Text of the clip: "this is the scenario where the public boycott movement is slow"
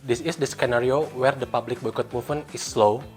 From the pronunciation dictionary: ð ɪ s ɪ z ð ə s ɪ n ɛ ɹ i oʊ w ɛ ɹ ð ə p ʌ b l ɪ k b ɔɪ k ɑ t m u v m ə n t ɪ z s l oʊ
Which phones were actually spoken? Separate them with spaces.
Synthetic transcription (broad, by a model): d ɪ s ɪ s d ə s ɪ n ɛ ɹ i oʊ w ɛ ɹ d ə p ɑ b l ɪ k b ɔɪ k ɑ t m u f m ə n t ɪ s l oʊ